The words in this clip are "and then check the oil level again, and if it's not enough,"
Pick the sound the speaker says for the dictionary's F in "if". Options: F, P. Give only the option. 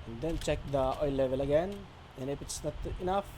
P